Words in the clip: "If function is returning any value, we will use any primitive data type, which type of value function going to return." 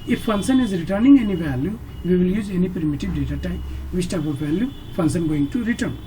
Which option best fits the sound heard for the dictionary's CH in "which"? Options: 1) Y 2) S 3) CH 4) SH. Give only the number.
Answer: 2